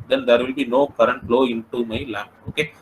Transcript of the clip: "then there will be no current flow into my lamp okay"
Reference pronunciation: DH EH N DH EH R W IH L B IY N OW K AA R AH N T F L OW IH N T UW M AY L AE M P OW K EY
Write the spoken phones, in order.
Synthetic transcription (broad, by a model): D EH N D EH R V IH L B IY N OW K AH R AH N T L OW IH N T UW M AY L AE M OW K EY